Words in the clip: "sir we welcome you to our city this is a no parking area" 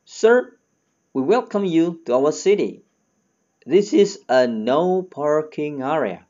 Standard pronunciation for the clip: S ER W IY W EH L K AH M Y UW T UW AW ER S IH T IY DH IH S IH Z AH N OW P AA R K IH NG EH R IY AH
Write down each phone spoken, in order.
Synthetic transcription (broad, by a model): S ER W IY W EH L K AH M Y UW T UW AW ER S IH T IY DH IH S IH Z AH N OW P AA R K IH NG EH R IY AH